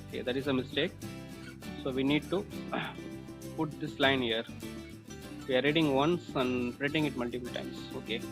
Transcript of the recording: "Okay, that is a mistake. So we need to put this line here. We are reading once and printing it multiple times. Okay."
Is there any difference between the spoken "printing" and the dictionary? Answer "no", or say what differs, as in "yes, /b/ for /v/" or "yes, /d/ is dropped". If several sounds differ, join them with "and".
yes, /n/ is dropped